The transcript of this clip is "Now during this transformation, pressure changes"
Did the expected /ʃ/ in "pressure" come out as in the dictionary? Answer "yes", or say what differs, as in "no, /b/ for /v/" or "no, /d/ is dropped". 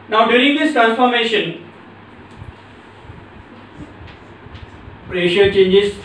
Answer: yes